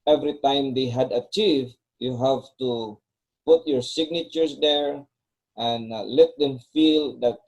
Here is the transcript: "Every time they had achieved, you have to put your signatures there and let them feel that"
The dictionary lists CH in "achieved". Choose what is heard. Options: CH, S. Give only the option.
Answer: CH